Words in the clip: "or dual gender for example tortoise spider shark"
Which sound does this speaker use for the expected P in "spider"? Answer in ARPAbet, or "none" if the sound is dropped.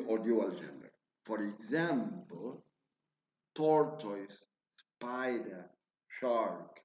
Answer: P